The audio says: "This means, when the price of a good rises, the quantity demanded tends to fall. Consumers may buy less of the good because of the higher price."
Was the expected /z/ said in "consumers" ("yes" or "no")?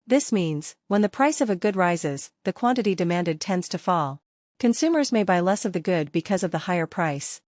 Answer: yes